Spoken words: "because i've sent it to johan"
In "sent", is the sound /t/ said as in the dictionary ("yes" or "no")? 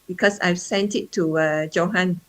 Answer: yes